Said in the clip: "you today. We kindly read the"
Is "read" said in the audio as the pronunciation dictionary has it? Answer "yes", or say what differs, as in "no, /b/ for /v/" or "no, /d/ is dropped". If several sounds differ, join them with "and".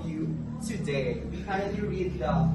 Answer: yes